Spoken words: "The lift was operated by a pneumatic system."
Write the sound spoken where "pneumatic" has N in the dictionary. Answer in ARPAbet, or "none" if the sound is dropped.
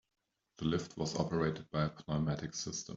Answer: L